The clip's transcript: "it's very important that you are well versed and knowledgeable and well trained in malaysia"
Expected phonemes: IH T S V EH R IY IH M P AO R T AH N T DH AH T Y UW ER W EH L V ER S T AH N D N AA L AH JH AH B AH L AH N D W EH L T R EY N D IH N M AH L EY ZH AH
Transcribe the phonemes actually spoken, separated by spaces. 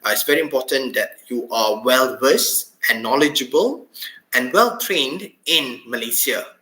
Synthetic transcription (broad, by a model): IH T S V EH R IY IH M P AO T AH N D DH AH T Y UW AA W EH L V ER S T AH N N AA L AH JH AH B AH L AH N W EH L T R EY N D IH N M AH L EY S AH